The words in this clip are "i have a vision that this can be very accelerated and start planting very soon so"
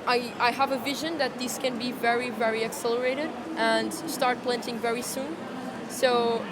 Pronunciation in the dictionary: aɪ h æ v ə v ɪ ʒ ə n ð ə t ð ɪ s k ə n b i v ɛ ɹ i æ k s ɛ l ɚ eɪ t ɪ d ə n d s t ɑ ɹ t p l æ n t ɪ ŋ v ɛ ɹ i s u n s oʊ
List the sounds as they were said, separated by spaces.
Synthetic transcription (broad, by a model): aɪ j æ v ə v ɪ ʒ ə n ð ə t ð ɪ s k ə n b i v ɛ ɹ i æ k s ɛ l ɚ eɪ t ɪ d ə n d s t ɑ ɹ t p l æ n t ɪ ŋ v ɛ ɹ i s u n s oʊ